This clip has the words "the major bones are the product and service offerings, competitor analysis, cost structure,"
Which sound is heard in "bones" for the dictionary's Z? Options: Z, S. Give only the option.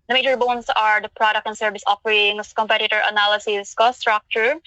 S